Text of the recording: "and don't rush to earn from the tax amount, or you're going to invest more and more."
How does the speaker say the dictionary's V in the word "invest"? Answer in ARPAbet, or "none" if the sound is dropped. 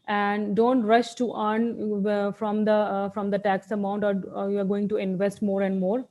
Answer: V